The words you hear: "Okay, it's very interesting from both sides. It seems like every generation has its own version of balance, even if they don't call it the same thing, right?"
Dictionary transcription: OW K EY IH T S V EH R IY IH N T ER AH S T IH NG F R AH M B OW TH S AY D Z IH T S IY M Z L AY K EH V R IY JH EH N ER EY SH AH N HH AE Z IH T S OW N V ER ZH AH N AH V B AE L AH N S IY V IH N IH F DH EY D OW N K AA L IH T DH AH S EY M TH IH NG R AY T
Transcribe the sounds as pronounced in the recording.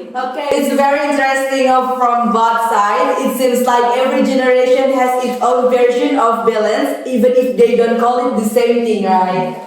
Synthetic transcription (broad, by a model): OW K EY IH T S V EH R IY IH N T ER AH S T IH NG F R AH M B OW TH S AY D IH T S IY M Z L AY K EH V R IY JH EH N ER EY SH AH N HH AE Z IH T S OW N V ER SH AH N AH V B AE L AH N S IY V IH N IH F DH EY D OW N K AA L IH T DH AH S EY M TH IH NG R AY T